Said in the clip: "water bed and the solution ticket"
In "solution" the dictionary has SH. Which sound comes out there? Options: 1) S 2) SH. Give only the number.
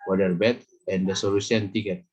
1